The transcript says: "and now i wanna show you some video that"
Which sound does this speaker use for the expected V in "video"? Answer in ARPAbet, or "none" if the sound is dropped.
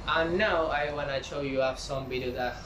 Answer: B